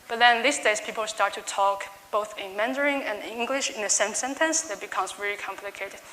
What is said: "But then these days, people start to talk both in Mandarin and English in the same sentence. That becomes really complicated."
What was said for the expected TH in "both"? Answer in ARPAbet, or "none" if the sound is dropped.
TH